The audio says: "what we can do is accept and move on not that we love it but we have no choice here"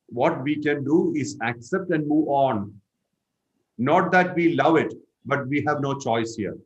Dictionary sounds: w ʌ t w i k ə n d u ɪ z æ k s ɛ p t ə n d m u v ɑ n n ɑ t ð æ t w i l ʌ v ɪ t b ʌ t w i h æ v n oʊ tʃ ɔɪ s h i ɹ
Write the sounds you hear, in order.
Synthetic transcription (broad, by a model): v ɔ t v i k ə n d u ɪ z æ k s ɛ p t ə n d m u v ɑ n n ɑ t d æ t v i l ʌ v ɪ t b ʌ t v i h æ v n oʊ tʃ ɔɪ s h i ɹ